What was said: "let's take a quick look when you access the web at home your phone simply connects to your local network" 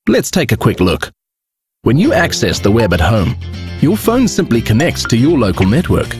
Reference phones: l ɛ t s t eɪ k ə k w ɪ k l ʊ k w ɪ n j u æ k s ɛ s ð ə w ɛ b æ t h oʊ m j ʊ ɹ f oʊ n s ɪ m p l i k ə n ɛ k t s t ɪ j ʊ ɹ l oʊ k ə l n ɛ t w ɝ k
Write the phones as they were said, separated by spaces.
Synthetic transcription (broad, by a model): l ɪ t s t eɪ k ə k w ɪ k l ʊ k w ɪ n j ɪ æ k s ɛ s ð ə w ɛ b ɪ t h oʊ m j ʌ ɹ f oʊ n s ɪ m p l i k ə n ɛ k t t ɪ j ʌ ɹ l oʊ k ə l n ɛ t w ɝ k